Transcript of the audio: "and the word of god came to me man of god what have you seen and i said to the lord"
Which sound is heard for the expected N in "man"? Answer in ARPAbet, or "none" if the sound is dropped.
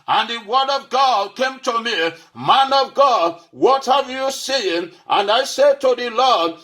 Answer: N